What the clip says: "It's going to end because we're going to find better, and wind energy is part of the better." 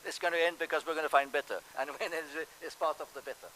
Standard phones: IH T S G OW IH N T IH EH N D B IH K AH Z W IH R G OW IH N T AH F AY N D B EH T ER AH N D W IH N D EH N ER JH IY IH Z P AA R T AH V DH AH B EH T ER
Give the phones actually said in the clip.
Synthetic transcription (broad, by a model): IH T S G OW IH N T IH EH N D B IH K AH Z W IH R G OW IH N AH F AY N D B EH T ER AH N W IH N EH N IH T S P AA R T AH V DH AH B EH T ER